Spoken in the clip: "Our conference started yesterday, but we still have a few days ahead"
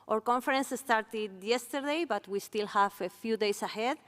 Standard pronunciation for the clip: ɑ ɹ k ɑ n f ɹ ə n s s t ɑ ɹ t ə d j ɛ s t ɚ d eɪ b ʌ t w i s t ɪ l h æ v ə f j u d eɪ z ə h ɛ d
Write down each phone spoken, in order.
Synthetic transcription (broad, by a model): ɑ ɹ k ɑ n f ɹ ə n s s t ɑ ɹ t ə d j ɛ s t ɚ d eɪ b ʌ t w i s t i l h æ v ə f j u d eɪ s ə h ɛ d